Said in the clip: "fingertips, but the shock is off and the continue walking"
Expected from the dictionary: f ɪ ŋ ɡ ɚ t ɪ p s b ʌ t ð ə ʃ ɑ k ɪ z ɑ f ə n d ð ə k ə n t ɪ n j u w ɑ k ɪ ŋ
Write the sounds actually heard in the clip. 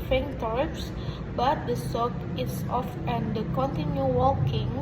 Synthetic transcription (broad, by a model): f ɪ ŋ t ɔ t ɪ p s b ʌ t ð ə s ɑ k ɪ s ɑ f ə n d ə k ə n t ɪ n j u w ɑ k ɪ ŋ